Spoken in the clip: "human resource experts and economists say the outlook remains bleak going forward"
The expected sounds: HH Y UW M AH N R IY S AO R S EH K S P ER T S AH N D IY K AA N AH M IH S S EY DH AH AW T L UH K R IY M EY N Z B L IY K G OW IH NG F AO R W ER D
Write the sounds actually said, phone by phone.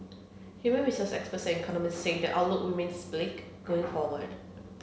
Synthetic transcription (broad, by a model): HH Y UW M AH N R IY S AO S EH K S P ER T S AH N IY K AA N AH M IH S S EY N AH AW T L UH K W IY M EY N S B L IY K G OW IH NG F AO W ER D